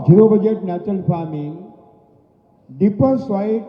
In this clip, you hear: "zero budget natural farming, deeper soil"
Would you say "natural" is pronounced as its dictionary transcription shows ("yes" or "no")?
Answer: no